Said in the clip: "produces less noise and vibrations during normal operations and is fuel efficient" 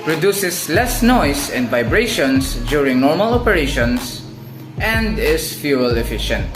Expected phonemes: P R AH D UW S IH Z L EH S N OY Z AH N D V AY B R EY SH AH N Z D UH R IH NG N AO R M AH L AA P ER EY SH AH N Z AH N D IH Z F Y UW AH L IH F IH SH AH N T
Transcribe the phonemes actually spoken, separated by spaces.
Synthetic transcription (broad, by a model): P R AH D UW S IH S L EH S N OY S AH N D V AY B R EY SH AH N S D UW R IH NG N AO R M AH L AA P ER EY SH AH N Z AH N D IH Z F Y UW AH L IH F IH SH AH N T